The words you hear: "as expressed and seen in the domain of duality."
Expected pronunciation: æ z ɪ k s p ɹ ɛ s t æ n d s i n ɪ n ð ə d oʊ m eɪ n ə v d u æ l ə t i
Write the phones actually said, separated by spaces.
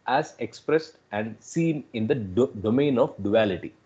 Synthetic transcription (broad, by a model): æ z ɪ k s p ɹ ɛ s t æ n d s i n ɪ n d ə d oʊ m eɪ n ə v d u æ l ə t i